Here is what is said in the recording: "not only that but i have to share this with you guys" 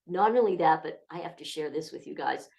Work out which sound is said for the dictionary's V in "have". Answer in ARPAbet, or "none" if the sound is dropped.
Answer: F